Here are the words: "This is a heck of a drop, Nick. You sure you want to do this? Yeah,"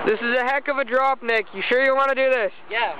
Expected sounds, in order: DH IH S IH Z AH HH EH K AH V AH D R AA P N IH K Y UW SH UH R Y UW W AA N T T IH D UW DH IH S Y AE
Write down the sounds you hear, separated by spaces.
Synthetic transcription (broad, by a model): DH IH S IH Z AH HH EH K AH V AH D R AA P N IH K Y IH SH UH R Y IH W AA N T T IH D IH DH IH S Y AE